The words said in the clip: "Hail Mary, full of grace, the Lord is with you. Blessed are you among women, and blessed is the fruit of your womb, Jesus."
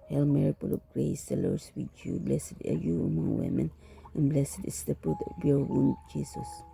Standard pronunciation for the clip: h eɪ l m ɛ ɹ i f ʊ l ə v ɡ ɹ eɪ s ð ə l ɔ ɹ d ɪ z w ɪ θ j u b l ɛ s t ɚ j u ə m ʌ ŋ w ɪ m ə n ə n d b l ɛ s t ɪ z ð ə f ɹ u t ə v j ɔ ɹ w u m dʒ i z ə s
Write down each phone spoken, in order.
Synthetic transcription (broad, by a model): h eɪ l m ɛ ɹ i p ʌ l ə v ɡ ɹ eɪ s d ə l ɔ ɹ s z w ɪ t j u b l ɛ s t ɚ j u ə m ʌ ŋ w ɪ m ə n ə n b l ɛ s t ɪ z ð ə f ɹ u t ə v j ɔ ɹ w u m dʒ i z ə s